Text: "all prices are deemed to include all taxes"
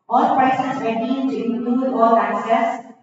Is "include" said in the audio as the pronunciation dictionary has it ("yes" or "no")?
no